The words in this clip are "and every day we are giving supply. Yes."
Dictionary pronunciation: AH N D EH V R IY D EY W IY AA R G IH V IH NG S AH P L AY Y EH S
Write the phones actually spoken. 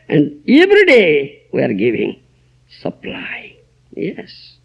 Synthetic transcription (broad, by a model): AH N D EH V R IY D EY W IY AA R G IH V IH NG S AH P L AY Y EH S